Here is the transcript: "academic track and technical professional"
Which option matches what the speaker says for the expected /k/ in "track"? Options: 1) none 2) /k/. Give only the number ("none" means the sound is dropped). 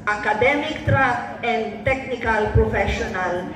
1